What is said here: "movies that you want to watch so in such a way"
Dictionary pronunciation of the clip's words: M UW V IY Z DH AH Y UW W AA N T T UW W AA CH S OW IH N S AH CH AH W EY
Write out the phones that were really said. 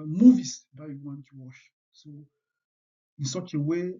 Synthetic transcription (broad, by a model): M UW V IY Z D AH Y UW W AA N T T UW W AA SH S OW IH N S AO CH AH W EY